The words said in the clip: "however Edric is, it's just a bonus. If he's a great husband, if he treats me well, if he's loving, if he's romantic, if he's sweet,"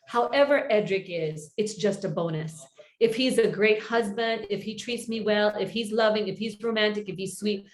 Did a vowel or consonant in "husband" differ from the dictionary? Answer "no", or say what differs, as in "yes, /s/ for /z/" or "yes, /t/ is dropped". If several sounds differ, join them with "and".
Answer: no